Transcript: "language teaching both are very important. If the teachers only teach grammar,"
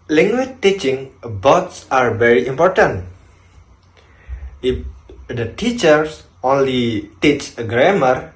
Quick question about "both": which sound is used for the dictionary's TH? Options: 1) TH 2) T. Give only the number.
2